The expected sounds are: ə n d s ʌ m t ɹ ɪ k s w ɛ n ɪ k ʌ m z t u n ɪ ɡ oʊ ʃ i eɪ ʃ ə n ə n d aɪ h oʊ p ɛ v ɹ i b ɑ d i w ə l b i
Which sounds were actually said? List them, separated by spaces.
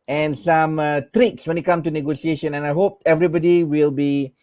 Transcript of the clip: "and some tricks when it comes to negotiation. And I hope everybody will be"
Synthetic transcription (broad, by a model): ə n s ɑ m t ɹ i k s w ɛ n ɪ k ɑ m t u n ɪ ɡ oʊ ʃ i eɪ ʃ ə n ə n aɪ h oʊ p ɛ v ɹ i b ɑ d i w ə l b i